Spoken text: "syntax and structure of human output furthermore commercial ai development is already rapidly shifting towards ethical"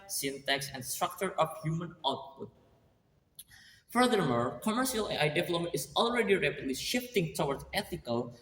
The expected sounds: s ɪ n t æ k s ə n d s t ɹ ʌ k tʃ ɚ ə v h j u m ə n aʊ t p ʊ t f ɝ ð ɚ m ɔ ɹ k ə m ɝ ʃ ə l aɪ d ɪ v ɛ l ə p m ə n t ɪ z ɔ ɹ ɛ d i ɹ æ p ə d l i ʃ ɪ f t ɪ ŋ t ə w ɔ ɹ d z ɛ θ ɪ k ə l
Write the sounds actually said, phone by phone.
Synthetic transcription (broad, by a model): s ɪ n t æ k s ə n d s t ɹ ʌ k tʃ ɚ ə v h j u m ə n aʊ t p ʊ t f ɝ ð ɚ m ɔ ɹ k ə m ɝ ʃ ə l aɪ d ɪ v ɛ l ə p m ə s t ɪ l ɹ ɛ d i ɹ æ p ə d l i ʃ ɪ f t ɪ ŋ t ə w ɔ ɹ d ɛ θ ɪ k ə l